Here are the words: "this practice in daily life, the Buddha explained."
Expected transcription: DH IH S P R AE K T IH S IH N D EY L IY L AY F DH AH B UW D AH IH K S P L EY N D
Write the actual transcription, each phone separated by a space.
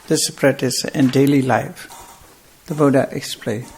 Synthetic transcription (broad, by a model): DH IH S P R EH T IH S IH N D EY L IY L AY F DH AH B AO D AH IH K S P L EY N